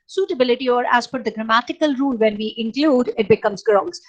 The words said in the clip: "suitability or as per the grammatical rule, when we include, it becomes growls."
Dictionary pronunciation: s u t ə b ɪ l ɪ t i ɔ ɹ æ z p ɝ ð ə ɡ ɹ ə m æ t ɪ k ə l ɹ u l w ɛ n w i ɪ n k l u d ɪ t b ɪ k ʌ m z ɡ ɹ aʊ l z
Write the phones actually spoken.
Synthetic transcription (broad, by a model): s u t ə b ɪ l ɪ t i ɔ ɹ æ z f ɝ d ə ɡ ɹ ə m æ t ɪ k ə l ɹ u l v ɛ n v i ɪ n k l u d ɪ t b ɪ k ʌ m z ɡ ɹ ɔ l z